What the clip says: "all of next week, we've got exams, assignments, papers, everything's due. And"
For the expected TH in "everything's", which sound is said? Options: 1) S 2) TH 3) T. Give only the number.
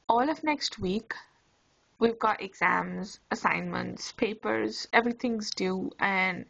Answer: 3